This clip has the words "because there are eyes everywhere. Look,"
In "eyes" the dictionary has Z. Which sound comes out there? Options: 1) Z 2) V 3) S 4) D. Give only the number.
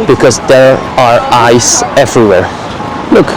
3